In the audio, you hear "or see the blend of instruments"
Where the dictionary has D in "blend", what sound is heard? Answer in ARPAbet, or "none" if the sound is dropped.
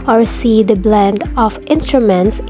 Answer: D